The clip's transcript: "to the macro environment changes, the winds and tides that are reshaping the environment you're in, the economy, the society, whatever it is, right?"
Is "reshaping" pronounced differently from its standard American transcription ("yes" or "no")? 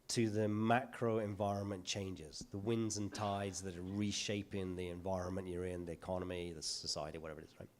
no